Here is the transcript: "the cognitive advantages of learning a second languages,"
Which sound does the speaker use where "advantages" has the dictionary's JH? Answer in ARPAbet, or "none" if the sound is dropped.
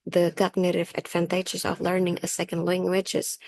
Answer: CH